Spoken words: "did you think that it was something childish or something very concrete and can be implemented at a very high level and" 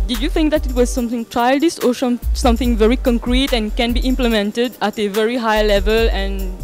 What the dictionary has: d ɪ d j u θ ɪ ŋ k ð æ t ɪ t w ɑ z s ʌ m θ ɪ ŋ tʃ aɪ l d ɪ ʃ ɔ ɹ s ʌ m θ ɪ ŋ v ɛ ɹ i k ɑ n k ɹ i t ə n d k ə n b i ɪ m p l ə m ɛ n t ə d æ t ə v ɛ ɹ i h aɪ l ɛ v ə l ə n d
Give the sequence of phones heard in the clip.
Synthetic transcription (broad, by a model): d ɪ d j u θ ɪ ŋ k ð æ t ɪ t w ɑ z s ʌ m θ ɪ ŋ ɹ aɪ l d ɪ s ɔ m s ʌ m θ ɪ ŋ v ɛ ɹ i k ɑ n k ɹ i t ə n k ə n b i ɪ m p l ə m ɛ n t ə d æ t ə v ɛ ɹ i h aɪ l ɛ v ə l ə n